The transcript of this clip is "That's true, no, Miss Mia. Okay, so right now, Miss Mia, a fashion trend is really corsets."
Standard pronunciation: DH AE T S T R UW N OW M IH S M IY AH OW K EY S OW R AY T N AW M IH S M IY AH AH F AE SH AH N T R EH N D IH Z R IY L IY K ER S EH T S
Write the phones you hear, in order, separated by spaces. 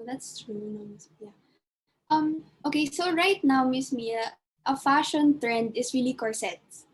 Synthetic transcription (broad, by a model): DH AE T S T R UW N OW M IH S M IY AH OW K EY S OW R AY T N AW M IH S M IY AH AH F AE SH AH N T R EH N D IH S R IY L IY K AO S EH T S